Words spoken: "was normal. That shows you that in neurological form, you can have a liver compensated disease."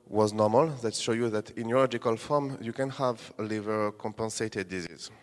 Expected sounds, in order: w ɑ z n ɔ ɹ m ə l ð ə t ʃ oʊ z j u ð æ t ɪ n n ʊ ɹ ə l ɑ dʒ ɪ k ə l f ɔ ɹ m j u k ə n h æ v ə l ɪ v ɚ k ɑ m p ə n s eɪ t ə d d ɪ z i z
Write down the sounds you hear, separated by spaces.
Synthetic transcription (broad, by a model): w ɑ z n ɔ m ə l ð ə t ʃ oʊ j u ð æ t ɪ n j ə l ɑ dʒ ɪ k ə l f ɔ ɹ m j u k ə n h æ v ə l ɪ v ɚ k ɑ m p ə n s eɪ t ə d d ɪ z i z